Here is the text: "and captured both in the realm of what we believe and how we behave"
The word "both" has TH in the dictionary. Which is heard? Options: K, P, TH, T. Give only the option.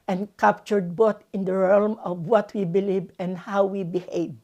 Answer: T